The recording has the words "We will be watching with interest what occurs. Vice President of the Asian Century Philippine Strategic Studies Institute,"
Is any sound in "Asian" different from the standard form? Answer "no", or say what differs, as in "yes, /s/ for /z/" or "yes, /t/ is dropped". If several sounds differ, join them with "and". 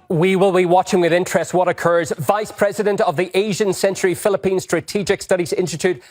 no